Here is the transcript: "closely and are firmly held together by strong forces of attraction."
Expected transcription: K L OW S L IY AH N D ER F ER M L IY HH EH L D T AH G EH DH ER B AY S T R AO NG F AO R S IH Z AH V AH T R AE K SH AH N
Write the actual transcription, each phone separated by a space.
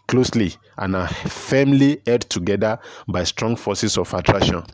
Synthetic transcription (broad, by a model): K L OW S L IY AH N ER F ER M L IY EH D T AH G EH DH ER B AY S T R AO NG F AO S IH S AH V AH T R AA K SH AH N